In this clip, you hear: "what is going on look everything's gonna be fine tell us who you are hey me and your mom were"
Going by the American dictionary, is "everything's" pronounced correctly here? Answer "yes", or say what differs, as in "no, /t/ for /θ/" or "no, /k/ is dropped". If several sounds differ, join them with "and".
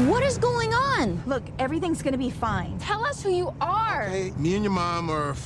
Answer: yes